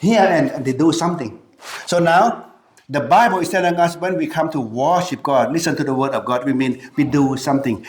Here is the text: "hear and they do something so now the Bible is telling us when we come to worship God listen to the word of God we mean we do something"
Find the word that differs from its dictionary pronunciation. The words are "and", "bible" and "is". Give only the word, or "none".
is